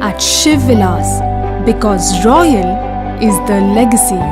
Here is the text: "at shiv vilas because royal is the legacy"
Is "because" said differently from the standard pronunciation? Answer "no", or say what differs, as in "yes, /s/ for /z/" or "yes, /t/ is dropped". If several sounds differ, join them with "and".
no